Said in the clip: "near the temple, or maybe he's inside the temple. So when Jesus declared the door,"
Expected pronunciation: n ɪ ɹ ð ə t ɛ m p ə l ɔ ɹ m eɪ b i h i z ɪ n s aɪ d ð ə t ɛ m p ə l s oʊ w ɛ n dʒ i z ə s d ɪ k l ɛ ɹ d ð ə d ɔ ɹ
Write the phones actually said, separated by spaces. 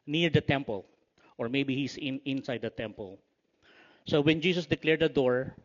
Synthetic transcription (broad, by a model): n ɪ ɹ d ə t ɛ m p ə l ɔ ɹ m eɪ b i h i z ɪ n s aɪ d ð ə t ɛ m p ə l s oʊ w ɛ n dʒ i s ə s d ɪ k l ɛ ɹ d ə d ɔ ɹ